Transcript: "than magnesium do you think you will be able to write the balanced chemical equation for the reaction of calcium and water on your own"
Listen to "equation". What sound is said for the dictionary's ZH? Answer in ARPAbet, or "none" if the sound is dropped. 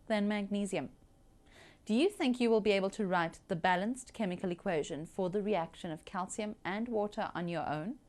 ZH